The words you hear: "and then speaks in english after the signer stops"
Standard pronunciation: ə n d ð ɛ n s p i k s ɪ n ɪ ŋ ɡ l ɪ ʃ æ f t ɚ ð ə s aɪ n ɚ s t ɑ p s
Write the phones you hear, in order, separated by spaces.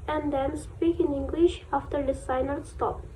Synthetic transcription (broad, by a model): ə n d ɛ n s p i k ɪ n ɪ ŋ ɡ l ɪ ʃ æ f t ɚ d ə s aɪ n ɚ s t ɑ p